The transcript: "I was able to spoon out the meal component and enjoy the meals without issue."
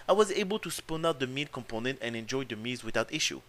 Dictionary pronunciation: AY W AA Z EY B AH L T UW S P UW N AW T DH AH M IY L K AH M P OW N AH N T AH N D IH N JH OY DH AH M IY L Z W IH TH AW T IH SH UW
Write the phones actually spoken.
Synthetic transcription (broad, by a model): AY W AA Z EY B AH L T UW S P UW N AW T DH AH M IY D K AH M P OW N AH N T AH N IH N JH OY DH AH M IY Z W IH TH AW T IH SH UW